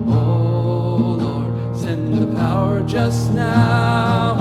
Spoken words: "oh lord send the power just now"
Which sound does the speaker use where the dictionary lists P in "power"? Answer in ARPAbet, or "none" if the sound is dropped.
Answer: P